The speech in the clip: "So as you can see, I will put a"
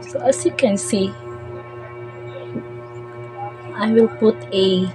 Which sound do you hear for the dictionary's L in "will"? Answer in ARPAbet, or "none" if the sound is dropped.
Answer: L